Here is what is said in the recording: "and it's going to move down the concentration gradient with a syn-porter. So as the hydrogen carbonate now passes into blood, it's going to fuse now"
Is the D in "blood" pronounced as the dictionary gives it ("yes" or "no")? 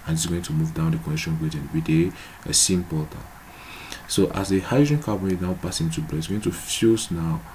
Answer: no